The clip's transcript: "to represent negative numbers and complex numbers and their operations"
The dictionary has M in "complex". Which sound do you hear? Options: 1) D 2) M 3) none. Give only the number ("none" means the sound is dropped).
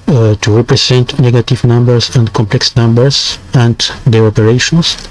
2